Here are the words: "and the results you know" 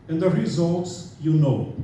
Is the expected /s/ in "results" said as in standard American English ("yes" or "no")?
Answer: yes